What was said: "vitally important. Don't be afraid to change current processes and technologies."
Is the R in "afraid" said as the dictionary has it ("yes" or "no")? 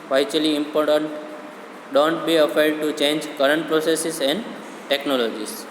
no